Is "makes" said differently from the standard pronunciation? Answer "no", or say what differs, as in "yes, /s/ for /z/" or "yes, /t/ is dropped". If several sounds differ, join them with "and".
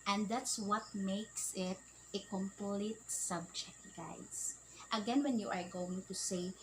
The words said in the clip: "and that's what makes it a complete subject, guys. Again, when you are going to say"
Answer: no